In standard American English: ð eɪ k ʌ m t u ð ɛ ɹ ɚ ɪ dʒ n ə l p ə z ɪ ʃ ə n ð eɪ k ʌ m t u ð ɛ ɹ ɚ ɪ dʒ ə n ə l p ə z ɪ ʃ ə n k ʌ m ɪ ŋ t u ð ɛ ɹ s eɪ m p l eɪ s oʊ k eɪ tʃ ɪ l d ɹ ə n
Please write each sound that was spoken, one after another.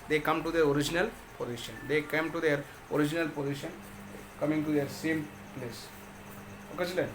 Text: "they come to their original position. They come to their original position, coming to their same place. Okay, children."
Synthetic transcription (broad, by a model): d eɪ k ʌ m t u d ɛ ɹ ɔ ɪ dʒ n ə l p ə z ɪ ʃ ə n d eɪ k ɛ m t u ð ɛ ɹ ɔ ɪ dʒ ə n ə l p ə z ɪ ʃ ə n k ʌ m ɪ ŋ t u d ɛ ɹ s eɪ m p l eɪ s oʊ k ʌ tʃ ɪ l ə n